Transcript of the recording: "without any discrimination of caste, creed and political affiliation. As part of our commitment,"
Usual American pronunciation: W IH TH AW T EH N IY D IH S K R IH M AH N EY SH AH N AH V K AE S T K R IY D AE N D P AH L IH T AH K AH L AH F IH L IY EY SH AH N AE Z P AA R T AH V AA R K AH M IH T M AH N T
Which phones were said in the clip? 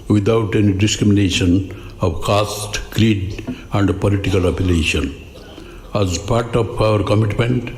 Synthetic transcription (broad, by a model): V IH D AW T EH N IY D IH S K R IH M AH N EY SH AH N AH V K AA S T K R IY D AE N D P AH L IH T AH K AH L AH P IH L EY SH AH N AE Z P AA R T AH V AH R K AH M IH T M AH N T